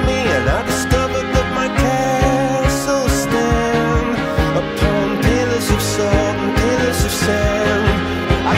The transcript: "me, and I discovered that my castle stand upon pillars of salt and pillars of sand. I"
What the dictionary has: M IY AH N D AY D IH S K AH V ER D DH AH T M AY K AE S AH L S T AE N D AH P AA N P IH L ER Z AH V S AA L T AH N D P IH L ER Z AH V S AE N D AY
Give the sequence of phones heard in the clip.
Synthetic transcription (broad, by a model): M IY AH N AY D IH S K AH V ER D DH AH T M AY K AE S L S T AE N AH P AA N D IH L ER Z AH V S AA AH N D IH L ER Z AH V S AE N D AY